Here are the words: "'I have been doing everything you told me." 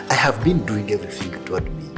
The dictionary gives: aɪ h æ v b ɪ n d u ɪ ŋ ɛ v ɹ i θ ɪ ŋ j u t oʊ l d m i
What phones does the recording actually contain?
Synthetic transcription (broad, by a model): aɪ h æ v b ɪ n d u ɪ ŋ ɛ v ɹ i θ ɪ ŋ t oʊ d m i